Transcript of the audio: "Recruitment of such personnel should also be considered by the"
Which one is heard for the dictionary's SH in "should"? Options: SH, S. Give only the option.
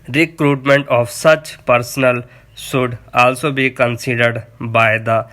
S